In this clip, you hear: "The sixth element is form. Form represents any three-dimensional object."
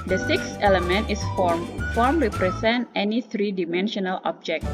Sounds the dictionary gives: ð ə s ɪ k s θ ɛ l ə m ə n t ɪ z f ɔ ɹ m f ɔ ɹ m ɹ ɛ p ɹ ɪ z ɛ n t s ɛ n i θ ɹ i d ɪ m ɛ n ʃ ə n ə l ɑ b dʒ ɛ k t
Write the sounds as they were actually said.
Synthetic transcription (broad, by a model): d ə s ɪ k s ɛ l ə m ə n t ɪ s f ɔ ɹ m f ɔ ɹ m ɹ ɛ p ɹ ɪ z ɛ n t ɛ n i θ ɹ i d ɪ m ɛ n ʃ ə n ə l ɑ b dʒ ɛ k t